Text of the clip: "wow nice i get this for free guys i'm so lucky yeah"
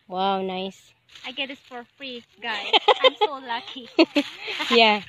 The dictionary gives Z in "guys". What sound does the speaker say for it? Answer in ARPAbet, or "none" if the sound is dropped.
none